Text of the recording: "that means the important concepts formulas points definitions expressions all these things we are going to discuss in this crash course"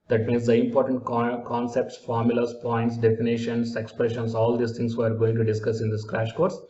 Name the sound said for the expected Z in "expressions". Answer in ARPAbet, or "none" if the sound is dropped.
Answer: S